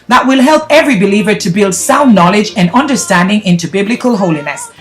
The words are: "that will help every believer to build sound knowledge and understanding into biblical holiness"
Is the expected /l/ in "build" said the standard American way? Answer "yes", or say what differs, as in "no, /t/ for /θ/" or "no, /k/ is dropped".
yes